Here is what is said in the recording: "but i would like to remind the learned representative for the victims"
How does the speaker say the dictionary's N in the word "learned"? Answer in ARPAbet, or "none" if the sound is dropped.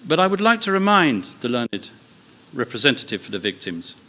N